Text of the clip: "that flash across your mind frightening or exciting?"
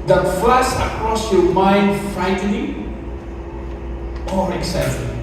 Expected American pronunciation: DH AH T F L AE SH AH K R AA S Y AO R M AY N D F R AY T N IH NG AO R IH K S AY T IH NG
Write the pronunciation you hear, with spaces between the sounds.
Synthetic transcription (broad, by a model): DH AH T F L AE S AH K R AA S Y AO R M AY N D F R AY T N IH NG AO R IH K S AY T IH